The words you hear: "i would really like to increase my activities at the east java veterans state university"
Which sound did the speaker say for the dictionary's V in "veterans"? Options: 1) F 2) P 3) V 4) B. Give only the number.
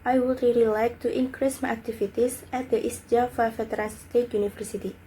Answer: 1